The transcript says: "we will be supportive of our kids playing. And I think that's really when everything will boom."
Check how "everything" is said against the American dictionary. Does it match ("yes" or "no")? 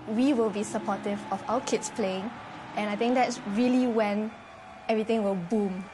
no